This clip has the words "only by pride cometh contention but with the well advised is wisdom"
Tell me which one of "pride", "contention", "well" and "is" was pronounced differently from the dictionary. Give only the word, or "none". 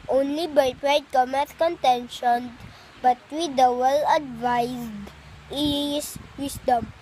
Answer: is